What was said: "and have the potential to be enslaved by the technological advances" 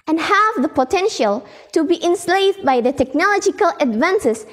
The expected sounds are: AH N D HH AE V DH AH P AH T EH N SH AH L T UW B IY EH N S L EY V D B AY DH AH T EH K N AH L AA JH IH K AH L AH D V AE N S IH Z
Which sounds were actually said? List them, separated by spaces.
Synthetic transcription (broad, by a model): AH N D HH AE V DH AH P AH T EH N SH AH L T UW B IY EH N S L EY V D B AY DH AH T EH K N AH L AA JH IH K AH L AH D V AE N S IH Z